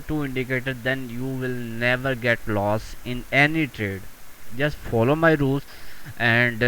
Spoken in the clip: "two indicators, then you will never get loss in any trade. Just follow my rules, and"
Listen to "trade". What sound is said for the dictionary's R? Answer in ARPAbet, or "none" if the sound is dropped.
R